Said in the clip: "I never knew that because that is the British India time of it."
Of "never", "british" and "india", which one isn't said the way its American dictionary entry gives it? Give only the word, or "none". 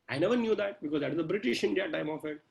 none